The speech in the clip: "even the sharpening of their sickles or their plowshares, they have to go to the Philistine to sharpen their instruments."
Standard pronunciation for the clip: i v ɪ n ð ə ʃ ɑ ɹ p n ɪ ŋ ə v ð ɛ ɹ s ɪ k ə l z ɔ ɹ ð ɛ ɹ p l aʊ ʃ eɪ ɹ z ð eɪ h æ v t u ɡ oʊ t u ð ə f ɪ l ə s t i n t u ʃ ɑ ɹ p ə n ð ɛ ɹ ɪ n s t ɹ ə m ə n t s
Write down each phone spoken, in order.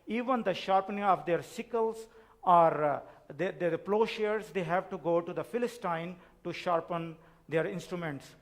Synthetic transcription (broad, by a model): i v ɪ n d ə ʃ ɑ ɹ p n ɪ ŋ ə v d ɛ ɹ s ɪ k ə l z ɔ ɹ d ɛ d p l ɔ ʃ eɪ ɹ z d eɪ h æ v t u ɡ oʊ t u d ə f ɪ l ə s t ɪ n t u ʃ ɑ ɹ p ə n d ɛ ɹ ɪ n s t ɹ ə m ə n t s